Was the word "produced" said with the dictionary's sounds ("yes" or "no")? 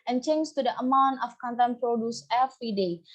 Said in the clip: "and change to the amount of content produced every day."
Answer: no